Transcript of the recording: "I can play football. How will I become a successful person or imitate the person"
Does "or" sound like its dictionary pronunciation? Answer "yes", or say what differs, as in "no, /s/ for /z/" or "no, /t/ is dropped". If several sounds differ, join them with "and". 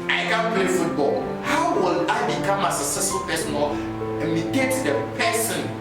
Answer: no, /l/ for /ɹ/